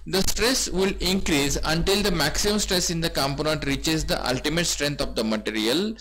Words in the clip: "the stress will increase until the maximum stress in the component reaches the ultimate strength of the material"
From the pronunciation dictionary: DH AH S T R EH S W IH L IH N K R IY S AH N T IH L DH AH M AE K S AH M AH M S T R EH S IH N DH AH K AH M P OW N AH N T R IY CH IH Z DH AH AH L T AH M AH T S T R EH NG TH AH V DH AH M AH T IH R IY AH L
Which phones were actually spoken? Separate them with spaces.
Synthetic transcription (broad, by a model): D AH S T R EH S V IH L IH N K R IY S AH N T IH L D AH M AE K S AH M AH M S T R EH S IH N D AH K AH M P OW N AH N T R IY CH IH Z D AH AH L T AH M AH T S T R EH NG T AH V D AH M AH T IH R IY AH L